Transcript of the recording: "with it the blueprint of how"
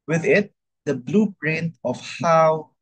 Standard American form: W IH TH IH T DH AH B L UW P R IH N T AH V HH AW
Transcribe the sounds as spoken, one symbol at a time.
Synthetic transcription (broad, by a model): W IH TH IH T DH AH B L UW B R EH N AH F HH AW